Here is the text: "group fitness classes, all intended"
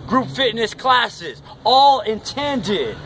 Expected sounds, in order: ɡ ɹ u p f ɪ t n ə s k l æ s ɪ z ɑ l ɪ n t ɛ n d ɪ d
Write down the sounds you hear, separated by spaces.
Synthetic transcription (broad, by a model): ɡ ɹ u p f ɪ t n ə s k l æ s ɪ z ɑ l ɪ n t ɛ n d ɪ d